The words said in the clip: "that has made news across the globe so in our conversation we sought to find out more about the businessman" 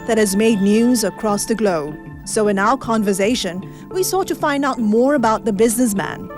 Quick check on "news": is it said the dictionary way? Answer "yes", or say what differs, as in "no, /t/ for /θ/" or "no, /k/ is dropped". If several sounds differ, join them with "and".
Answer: yes